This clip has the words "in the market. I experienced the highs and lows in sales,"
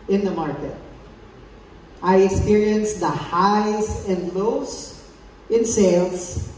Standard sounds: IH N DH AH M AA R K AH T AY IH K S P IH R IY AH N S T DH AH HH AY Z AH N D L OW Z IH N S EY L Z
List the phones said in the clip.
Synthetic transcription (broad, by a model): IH N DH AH M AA R K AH T AY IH K S P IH R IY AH N S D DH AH HH AY S AH N D L OW S IH N S EY L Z